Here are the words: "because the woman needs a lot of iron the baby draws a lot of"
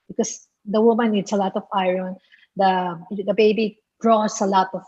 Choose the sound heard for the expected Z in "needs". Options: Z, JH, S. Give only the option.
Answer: S